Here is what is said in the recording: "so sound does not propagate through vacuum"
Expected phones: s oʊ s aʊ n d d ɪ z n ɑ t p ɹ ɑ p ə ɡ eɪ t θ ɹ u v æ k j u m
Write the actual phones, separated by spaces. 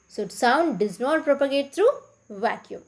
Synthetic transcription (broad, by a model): s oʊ s aʊ n d d ɪ z n ɑ t p ɹ ɑ p ə ɡ eɪ t t ɹ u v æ k j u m